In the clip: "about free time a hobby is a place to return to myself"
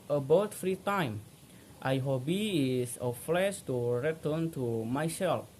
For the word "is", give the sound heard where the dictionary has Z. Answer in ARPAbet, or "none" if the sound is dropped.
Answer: S